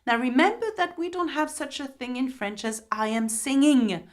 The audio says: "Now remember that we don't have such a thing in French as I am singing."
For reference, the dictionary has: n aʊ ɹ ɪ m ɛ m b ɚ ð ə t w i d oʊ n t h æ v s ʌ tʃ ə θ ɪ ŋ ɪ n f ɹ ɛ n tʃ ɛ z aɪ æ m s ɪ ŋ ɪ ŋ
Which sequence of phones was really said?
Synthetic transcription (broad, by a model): n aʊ ɹ ɪ m ɛ m b ɚ ð ə t w i d oʊ n t h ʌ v s ʌ tʃ ə θ ɪ ŋ ɪ n f ɹ ɛ n tʃ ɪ z aɪ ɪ m s ɪ ŋ ɪ ŋ